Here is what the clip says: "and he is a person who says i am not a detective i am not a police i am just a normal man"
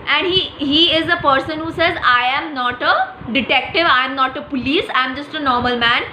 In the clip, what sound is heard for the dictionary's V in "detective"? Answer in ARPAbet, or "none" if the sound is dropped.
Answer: V